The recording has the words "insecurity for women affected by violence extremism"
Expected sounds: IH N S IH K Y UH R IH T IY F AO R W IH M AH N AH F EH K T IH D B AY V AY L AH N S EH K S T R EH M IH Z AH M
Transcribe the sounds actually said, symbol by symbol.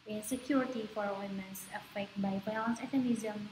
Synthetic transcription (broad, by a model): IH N S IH K Y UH R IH T IY F AO R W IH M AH N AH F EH K T B AY F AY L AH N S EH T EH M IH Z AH M